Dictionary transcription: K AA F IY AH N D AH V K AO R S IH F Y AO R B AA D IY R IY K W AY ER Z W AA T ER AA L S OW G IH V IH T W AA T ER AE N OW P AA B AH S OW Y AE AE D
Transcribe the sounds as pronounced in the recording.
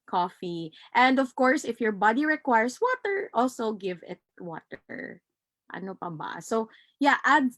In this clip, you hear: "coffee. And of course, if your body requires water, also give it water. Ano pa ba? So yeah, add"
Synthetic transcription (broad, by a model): K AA F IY AH N D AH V K AO R S IH F Y AO R B AA D IY R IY K W AY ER S W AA T ER AA L S OW G IH V IH T W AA T ER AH N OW P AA B AH S OW Y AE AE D